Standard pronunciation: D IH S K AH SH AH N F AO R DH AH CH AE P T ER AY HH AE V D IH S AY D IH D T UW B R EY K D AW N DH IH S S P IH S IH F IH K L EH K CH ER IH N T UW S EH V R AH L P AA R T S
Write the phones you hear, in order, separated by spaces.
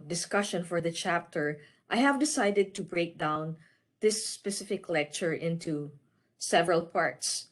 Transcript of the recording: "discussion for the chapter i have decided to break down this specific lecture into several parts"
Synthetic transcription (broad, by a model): D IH S K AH SH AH N F AO R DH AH CH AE P T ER AY HH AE V D IH S AY D IH D T UW B R EY K D AW N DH IH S S P IH S IH F IH K L EH K CH ER IH N T UW S EH V R AH L P AA R T S